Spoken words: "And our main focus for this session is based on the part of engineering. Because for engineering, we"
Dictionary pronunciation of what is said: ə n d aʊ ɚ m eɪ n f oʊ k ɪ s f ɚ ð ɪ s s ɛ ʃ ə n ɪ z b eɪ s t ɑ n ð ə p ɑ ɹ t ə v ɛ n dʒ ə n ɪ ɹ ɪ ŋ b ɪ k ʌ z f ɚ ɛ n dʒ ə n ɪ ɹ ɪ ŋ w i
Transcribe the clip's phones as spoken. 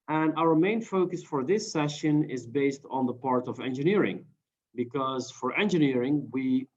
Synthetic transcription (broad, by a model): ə n aʊ ɚ m eɪ n f oʊ k ɪ s f ɚ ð ɪ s s ɛ ʃ ə n ɪ z b eɪ s t n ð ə p ɑ ɹ t ə v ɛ n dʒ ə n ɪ ɹ ɪ ŋ b ɪ k ʌ z f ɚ ɛ n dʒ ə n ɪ ɹ ɪ ŋ w i